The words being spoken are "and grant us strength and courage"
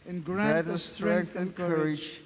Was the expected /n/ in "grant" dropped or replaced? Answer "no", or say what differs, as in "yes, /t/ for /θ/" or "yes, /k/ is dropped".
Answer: yes, /n/ is dropped